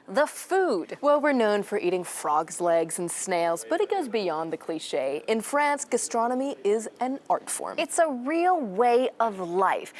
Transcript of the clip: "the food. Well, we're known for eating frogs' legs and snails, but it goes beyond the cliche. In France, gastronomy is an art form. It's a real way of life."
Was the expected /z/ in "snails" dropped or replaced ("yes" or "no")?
no